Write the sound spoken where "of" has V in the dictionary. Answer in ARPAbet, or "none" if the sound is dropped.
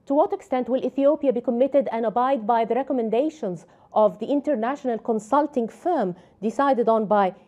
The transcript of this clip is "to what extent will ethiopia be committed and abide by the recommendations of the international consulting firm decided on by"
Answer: V